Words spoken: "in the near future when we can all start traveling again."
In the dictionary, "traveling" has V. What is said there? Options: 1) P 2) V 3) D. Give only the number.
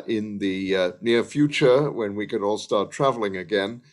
2